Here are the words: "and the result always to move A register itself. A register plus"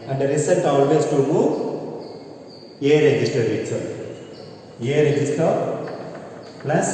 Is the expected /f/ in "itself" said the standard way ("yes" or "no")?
no